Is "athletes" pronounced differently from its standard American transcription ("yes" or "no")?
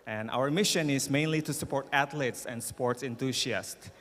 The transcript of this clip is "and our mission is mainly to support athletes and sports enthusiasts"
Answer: yes